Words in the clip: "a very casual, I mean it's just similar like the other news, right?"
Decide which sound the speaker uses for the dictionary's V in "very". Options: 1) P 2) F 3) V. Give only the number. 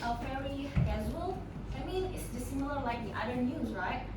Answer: 2